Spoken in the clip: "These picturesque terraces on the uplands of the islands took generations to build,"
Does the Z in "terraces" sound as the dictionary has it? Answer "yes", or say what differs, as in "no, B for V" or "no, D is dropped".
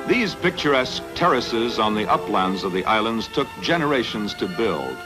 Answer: yes